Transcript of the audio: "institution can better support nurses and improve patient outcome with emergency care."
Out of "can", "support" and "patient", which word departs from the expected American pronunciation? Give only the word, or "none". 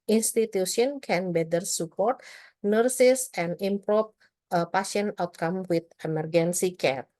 patient